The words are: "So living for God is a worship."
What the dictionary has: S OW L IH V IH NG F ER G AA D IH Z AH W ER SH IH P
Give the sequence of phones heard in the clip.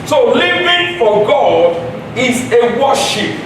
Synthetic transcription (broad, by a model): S OW L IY V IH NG F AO G AA D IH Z AH W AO SH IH P